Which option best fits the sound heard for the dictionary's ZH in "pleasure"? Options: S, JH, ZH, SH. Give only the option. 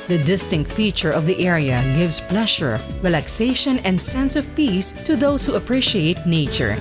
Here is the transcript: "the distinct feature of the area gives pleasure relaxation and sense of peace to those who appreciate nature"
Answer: SH